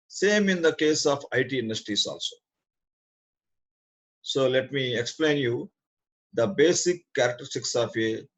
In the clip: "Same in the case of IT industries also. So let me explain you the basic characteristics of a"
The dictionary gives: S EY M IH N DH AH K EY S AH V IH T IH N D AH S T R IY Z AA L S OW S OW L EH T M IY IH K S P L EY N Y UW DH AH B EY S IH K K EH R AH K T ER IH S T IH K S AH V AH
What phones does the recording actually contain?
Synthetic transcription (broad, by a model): S EY M IH N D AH K EY S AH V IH T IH N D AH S T IY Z AA L S OW S OW L EH T M IY IH K S P L EY N Y UW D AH B EY S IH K K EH R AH K T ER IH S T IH K S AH F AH